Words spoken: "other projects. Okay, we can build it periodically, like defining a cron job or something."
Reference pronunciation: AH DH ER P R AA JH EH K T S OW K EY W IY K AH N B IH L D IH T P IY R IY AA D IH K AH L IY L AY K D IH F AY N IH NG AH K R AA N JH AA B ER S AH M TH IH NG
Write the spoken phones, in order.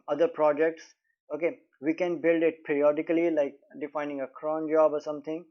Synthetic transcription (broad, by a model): AH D ER P R AA JH EH K T S OW K EY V IY K AH N B IH L D IH T P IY R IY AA D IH K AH L IY L AY K D IH F AY N IH NG AH K R AA N JH AA B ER S AH M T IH NG